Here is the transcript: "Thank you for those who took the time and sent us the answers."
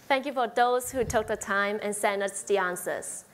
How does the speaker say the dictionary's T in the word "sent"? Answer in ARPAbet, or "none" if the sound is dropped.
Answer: none